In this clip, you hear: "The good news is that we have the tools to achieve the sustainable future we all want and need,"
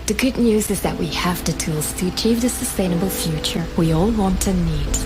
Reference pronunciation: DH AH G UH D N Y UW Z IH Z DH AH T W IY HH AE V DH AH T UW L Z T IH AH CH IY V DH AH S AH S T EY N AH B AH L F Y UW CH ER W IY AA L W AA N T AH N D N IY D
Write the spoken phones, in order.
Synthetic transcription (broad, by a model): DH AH G UH D N Y UW Z IH Z DH AH T W IY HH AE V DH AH T UW L Z T IH AH CH IY V DH AH S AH S T EY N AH B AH L F Y UW CH ER W IY AA L W AA N T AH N N IY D